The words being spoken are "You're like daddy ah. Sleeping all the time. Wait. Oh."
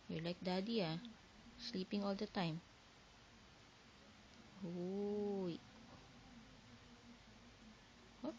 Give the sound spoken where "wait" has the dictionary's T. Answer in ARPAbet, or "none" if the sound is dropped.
none